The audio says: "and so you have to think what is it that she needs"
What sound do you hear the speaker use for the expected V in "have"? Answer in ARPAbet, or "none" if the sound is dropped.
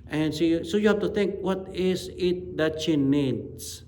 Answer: F